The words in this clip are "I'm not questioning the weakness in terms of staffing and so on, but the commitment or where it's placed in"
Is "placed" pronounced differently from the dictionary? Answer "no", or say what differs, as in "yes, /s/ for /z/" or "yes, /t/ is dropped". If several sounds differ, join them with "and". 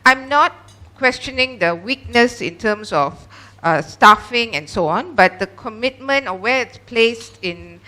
no